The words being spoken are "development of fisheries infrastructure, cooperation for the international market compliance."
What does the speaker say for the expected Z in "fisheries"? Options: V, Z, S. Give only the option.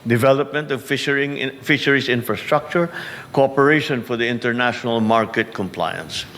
S